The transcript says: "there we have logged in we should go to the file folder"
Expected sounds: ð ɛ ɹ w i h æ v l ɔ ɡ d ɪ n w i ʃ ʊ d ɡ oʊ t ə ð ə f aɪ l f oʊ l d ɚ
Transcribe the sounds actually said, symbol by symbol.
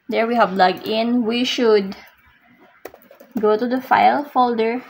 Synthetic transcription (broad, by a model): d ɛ ɹ w i h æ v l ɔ ɡ ɪ n w i ʃ ʊ d ɡ oʊ t ə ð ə f aɪ l f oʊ l d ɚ